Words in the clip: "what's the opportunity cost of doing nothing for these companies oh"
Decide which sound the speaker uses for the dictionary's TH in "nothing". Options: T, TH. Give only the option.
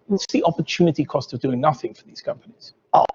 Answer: TH